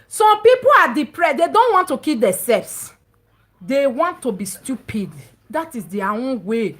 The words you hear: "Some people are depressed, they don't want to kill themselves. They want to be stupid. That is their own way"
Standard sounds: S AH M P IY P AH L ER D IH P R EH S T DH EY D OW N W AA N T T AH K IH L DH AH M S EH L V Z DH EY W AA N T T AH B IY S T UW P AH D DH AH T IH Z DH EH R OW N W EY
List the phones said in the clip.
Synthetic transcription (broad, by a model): S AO M P IY P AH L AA D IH P R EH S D EY D OW N W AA N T T AH K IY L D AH S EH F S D EY W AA N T T AH B IY S T UW P AH D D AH T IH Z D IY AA OW N W EY